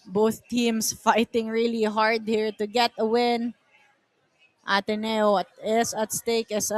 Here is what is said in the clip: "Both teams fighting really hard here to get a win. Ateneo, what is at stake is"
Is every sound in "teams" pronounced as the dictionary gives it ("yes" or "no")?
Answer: no